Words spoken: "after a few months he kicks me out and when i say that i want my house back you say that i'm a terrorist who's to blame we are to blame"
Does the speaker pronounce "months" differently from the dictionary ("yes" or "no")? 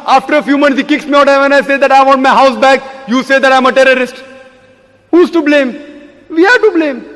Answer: yes